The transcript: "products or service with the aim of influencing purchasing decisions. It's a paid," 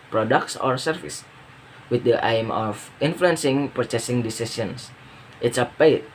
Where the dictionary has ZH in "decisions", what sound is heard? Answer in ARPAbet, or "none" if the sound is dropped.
S